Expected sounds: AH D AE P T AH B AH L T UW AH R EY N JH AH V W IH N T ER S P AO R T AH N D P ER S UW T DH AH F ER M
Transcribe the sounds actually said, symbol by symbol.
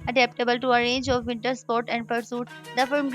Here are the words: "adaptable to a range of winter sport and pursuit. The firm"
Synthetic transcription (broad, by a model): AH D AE P T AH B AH L T UW AH R EY N JH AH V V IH N T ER S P AO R T AH N D P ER S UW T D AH F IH M